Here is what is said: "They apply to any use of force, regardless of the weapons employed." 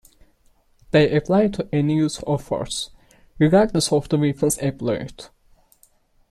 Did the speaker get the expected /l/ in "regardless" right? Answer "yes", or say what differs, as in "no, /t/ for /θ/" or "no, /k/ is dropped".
no, /l/ is dropped